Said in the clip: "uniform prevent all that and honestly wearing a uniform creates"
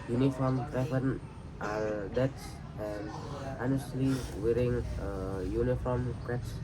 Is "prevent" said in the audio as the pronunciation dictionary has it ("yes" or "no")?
no